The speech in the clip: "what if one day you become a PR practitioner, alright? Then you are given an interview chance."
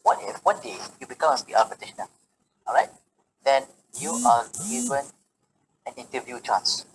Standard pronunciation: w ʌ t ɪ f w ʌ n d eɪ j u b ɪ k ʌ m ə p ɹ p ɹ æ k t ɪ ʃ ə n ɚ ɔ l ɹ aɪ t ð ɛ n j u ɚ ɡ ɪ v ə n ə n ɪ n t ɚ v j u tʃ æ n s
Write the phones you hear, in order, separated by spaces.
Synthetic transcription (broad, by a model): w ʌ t ɪ f w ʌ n d eɪ j u b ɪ k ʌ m ə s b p æ t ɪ ʃ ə n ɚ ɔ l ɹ aɪ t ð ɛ n j u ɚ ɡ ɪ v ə n ə n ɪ n t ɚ v j u tʃ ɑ n s